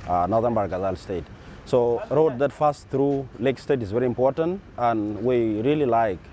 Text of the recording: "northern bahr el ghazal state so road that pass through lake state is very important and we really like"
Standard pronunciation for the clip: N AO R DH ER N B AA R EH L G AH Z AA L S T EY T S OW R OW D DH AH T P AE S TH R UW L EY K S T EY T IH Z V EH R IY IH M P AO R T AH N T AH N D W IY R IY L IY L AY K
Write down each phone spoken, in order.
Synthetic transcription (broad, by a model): N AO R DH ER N B AA R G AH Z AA L S T EY T S OW R OW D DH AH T F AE S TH R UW L EY K S T EY T IH Z V EH R IY IH M P AO R T AH N T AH N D W IY R IY L IY L AY K